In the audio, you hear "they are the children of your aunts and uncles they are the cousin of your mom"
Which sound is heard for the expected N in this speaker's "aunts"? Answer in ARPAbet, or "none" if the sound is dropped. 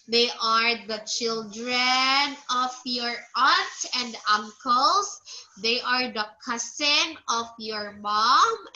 none